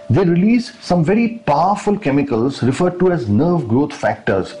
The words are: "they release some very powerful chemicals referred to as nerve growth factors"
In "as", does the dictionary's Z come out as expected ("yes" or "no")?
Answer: yes